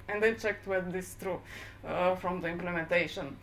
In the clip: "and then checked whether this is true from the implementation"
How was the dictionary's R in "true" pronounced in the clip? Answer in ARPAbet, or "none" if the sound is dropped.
R